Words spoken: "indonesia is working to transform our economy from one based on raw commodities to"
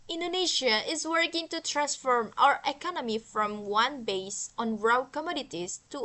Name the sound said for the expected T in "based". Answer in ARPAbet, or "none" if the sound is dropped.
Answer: none